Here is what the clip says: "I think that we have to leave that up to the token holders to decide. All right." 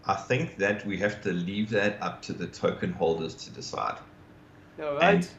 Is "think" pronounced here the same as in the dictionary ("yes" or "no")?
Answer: yes